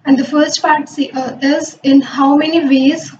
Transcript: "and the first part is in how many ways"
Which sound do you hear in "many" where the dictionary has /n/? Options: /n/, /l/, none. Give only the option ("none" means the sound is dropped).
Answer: /n/